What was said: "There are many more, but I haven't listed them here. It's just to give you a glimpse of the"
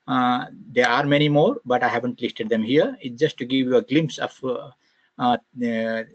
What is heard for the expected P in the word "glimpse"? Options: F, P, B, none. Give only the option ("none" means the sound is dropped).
P